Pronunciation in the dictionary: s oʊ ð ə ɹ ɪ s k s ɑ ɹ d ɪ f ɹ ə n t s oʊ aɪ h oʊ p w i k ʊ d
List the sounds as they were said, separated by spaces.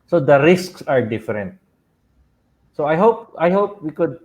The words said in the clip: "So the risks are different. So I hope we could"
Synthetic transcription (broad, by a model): s oʊ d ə ɹ ɪ s k s ɑ ɹ d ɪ f ɹ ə n t s oʊ aɪ h oʊ p w i k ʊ d